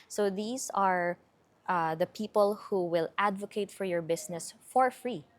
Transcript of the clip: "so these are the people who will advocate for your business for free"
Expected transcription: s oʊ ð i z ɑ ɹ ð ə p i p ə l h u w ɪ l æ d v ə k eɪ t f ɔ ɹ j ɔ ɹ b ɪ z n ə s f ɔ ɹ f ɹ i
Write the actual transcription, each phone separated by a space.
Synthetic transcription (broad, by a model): s oʊ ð i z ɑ ɹ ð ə p i p ə l h u w ɪ l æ d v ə k eɪ t f ɔ ɹ j ɔ ɹ b ɪ s n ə s f ɔ ɹ f ɹ i